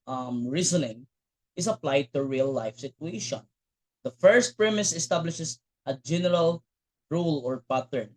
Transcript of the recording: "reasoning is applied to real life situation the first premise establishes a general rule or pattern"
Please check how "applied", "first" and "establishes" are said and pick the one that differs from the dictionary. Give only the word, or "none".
establishes